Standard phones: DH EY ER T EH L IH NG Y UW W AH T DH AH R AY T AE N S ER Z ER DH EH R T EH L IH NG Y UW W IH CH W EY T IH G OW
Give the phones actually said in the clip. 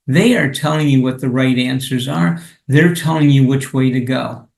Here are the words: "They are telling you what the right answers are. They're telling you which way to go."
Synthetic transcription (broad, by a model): DH EY ER T EH L IH NG Y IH W AH T DH AH R AY T AE N S ER Z ER DH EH R T EH L IH NG Y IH W IH CH W EY T IH G OW